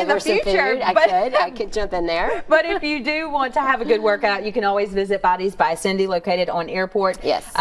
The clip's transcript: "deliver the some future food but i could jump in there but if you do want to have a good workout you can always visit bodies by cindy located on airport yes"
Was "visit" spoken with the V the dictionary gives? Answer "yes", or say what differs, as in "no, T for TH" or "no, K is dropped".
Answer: yes